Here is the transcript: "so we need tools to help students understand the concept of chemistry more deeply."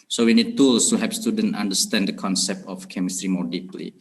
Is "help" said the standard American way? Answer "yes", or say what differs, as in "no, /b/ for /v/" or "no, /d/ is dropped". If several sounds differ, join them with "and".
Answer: no, /l/ is dropped